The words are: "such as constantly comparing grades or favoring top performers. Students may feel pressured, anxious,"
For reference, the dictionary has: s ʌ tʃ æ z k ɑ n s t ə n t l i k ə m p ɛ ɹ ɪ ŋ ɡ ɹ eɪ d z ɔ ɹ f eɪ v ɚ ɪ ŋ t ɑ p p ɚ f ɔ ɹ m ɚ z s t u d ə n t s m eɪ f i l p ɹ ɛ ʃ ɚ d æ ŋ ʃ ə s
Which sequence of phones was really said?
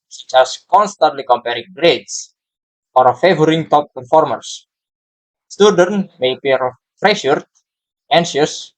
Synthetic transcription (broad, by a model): s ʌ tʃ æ s k ɑ n s t ə n t l i k ə m p ɛ ɹ ɪ ŋ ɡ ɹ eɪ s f ɔ ɹ f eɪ v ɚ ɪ ŋ t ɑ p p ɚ f ɔ ɹ m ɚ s s t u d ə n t m eɪ p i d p ɹ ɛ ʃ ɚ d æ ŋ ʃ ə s